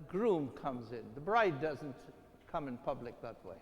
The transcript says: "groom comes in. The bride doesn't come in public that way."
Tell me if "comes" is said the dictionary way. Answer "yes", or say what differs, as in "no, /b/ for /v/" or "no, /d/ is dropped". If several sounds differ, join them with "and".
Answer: yes